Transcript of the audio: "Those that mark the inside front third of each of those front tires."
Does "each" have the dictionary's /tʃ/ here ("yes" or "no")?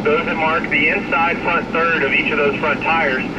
yes